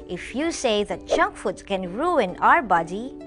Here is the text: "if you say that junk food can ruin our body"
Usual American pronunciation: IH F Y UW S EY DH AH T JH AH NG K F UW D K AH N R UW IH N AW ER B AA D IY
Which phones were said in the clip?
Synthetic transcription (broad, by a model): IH F Y UW S EY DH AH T CH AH NG K F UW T K AH N R UW IH N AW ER B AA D IY